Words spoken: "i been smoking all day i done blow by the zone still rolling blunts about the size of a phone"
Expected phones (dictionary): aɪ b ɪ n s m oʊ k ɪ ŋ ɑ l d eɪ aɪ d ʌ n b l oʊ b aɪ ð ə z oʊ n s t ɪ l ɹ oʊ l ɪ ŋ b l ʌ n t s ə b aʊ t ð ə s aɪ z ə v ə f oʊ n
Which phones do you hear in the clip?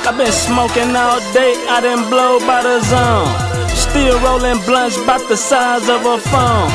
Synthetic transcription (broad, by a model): aɪ b ɪ n s m oʊ k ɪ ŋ ɑ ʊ d eɪ aɪ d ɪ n b l oʊ b aɪ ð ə z oʊ n s t ɪ l ɹ oʊ l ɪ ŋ b l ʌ n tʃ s b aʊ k ð ə s aɪ z ə v ə f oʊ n